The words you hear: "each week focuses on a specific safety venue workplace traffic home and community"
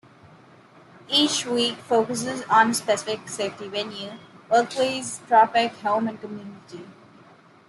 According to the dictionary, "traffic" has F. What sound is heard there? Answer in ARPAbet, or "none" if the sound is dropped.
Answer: P